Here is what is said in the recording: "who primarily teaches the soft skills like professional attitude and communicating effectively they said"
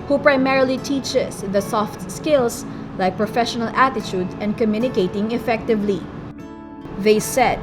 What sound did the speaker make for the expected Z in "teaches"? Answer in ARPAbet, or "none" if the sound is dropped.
S